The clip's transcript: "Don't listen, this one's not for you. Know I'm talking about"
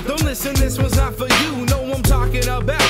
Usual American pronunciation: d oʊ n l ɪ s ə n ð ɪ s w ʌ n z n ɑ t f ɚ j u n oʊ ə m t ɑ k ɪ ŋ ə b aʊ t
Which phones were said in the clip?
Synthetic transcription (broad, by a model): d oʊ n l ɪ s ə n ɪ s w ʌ z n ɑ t f ɚ j u n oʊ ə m t ɑ k ɪ ŋ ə b aʊ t